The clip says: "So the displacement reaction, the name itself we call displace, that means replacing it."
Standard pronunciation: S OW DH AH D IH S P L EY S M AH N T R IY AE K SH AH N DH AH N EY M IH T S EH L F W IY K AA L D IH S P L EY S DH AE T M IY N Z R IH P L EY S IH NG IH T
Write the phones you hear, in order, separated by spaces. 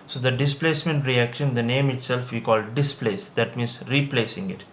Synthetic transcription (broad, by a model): S OW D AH D IH S P L EY S M AH N T R IY AE K SH AH N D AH N EY M IH T S EH L F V IY K AA L D IH S P L EY S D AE T M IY N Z R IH P L EY S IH NG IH T